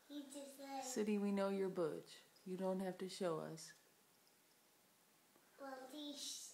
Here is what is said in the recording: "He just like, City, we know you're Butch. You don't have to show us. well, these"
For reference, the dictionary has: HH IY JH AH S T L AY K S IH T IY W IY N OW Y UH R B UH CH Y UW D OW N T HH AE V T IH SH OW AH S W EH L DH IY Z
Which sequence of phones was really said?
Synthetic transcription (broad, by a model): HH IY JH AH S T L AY S IH T IY W IY N OW Y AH R B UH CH Y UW D OW N T HH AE F T IH SH OW AH S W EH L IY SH